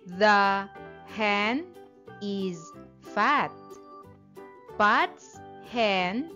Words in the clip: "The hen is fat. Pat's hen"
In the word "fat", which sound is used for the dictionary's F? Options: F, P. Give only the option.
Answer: F